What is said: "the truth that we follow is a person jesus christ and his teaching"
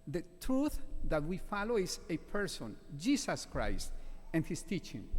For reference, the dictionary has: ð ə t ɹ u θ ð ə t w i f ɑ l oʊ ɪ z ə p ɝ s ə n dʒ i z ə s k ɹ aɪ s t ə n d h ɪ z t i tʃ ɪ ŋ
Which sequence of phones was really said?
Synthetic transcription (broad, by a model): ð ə t ɹ u θ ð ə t w i f ɑ l oʊ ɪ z ə p ɝ s ə n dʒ i s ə s k ɹ aɪ s t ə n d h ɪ s t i tʃ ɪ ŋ